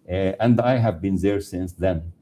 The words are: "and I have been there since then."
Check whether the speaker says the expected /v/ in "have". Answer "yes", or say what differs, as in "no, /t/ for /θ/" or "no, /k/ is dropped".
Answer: yes